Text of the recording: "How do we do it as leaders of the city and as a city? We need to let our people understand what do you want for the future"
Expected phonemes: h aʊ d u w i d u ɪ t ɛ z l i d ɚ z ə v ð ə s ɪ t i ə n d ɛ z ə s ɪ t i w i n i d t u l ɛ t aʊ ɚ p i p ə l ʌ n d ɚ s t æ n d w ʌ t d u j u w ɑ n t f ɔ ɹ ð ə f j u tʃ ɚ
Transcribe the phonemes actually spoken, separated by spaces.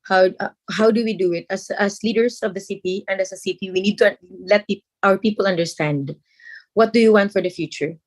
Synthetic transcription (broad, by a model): h aʊ d u w i d u ɪ t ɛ s l i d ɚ s ə v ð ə s ɪ t i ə n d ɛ s ə s ɪ t i w i n i d t u l ɛ t aʊ ɚ p i p ə l ʌ n d ɚ s t æ n d w ʌ t d u j u w ɑ n t f ɔ ɹ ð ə f j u tʃ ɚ